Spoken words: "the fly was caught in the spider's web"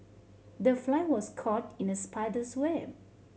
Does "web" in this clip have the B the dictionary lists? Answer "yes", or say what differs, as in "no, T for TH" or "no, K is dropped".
no, B is dropped